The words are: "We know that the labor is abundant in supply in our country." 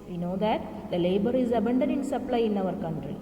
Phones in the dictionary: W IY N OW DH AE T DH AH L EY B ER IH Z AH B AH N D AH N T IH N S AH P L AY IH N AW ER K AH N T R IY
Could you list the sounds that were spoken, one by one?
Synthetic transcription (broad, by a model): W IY N OW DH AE T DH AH L EY B ER IH Z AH B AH N D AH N IH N S AH P L AY IH N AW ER K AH N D R IY